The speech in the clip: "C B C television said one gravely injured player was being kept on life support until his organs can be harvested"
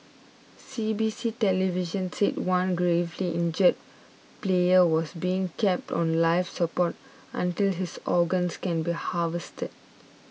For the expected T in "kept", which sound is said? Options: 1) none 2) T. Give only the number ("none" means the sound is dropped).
2